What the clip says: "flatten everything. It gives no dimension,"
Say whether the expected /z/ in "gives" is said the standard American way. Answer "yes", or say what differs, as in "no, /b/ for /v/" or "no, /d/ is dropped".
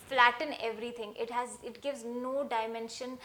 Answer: yes